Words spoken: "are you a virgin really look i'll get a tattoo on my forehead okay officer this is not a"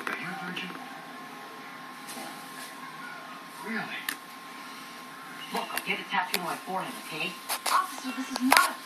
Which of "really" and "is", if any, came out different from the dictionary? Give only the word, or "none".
none